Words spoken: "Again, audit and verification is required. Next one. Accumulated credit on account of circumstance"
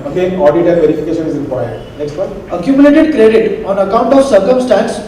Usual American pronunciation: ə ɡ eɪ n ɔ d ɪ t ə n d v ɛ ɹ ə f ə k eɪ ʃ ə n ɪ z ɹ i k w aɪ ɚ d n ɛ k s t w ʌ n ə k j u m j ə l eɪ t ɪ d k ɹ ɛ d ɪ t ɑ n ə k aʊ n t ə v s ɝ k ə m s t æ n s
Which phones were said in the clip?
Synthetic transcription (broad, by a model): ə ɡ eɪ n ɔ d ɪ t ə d v ɛ ɹ ə f ə k eɪ ʃ ə n ɪ z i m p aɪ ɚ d n ɛ k s t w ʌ ə k j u m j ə l eɪ t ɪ d k ɹ ɛ d ɪ t ɑ n ə k aʊ n t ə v s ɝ k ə m s t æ n s